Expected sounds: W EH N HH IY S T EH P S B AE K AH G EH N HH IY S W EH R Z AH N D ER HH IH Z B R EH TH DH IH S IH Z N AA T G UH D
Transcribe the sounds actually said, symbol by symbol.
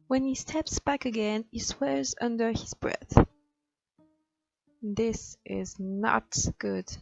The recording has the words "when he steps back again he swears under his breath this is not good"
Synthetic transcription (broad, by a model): W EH N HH IY S T EH P S B AE K AH G EH N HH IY S W EH R Z AH N D ER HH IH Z B R EH TH DH IH S IH Z N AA T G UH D